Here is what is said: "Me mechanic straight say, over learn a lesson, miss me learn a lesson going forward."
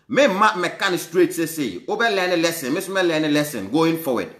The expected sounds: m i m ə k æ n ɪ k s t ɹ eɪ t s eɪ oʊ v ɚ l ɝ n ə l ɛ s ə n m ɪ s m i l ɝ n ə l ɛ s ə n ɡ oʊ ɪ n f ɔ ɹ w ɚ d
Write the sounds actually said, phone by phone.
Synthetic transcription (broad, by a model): m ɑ m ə k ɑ n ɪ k s t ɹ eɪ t s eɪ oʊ b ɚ l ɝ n ə l ɛ s ə n m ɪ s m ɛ l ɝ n ə l ɛ s ə n ɡ oʊ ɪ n f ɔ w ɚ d